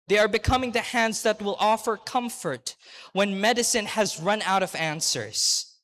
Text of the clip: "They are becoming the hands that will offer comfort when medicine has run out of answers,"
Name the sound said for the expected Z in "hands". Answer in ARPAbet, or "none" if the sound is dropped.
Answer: Z